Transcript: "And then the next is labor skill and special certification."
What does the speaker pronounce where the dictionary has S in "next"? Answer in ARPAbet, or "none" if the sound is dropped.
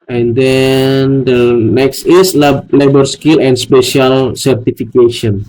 S